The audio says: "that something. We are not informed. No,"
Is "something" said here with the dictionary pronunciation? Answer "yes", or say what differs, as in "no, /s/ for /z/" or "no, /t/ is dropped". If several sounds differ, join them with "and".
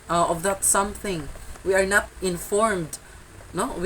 yes